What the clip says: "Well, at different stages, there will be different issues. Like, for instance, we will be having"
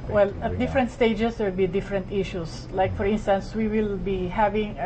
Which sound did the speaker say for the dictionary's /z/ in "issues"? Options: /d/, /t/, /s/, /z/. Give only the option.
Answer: /s/